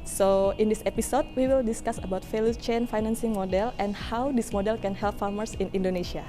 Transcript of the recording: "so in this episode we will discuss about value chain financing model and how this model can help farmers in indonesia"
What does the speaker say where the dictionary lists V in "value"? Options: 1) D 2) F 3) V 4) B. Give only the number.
2